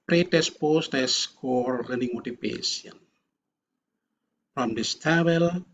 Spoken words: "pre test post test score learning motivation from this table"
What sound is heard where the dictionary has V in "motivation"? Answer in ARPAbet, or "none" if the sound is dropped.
P